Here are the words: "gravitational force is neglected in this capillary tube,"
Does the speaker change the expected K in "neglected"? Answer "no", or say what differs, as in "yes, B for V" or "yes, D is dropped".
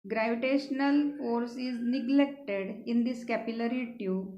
no